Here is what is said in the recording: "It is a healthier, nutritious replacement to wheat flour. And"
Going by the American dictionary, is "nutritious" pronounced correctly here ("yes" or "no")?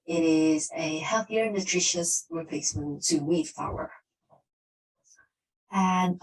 yes